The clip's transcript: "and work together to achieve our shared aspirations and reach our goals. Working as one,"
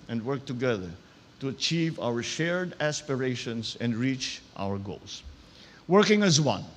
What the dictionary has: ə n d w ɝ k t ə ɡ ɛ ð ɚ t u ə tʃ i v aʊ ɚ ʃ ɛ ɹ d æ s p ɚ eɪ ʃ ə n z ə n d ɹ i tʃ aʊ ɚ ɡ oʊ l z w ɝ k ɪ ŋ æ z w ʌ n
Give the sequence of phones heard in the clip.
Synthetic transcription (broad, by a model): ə n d w ɝ k t ə ɡ ɛ ð ɚ t u ə tʃ i v aʊ ɚ ʃ ɛ ɹ d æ s p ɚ eɪ ʃ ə n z ə n d ɹ i tʃ aʊ ɚ ɡ oʊ l s w ɝ k ɪ ŋ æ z w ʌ n